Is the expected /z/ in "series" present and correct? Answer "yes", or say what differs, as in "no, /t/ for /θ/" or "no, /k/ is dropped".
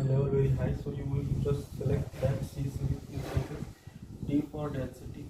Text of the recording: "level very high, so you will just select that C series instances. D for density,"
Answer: no, /z/ is dropped